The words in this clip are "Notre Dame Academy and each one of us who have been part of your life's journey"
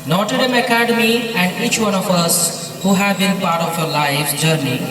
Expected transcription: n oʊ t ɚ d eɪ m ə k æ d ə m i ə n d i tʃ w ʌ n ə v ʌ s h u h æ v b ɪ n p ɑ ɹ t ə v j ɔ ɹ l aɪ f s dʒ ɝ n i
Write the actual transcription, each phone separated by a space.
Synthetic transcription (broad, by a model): n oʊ t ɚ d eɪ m ə k æ d ə m i ə n d i tʃ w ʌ n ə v ʌ s h u h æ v b ɪ n p ɑ ɹ t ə f j ɔ ɹ l aɪ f dʒ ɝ n i